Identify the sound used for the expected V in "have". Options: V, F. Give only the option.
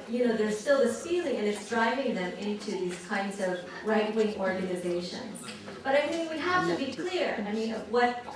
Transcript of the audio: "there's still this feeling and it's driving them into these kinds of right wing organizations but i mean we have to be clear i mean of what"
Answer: F